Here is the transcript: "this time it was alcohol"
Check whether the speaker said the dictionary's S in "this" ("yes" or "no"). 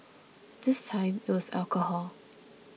yes